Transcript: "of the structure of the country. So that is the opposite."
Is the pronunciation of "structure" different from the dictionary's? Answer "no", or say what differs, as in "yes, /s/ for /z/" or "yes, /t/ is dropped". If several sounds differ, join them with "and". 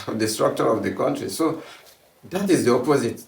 no